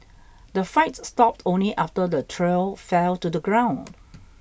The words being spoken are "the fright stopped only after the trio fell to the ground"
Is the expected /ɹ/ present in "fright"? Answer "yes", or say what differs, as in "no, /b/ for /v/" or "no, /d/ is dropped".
no, /ɹ/ is dropped